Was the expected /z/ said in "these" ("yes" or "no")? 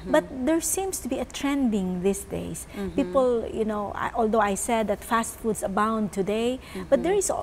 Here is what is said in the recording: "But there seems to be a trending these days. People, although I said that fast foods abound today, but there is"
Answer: no